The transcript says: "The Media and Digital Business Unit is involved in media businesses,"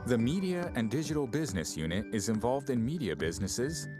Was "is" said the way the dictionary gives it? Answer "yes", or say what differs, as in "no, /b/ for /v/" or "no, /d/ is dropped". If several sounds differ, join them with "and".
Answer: yes